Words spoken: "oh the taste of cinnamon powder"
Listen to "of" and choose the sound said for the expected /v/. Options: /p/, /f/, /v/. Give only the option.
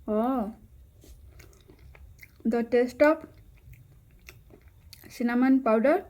/p/